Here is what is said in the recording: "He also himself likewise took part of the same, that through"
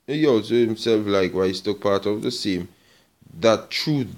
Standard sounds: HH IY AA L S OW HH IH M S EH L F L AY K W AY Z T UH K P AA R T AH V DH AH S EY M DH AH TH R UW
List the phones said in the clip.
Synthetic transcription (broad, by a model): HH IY AA L S OW HH IH M S EH L F L AY K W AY S T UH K P AA R T AH V DH AH S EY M DH AH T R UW